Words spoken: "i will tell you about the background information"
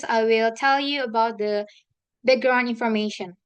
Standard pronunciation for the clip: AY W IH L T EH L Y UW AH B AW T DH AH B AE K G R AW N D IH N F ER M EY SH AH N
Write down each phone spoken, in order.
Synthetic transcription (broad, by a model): AY W IH L T EH L Y UW AH B AW T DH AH B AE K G R AW N IH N F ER M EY SH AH N